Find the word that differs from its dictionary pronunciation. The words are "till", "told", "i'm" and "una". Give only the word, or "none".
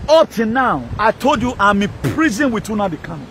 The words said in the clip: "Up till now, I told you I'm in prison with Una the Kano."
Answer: till